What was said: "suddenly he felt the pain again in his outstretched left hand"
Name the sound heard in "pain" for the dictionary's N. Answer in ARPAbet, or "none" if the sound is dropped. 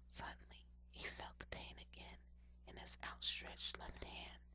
N